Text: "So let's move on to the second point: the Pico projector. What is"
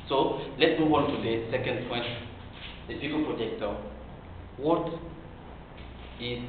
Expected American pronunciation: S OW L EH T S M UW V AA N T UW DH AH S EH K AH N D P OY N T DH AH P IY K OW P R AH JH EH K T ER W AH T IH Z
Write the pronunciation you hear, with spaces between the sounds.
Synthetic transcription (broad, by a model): S OW L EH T M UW W AA N T UW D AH S EH K AH N D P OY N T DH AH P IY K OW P R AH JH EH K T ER W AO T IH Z